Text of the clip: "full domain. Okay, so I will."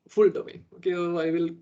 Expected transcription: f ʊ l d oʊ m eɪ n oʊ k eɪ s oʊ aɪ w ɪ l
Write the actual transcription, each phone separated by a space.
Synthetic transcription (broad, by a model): f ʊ l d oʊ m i oʊ k eɪ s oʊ aɪ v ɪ l